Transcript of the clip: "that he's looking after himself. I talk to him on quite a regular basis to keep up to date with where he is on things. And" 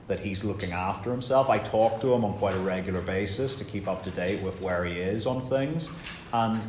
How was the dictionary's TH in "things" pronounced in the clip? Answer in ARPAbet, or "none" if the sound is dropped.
TH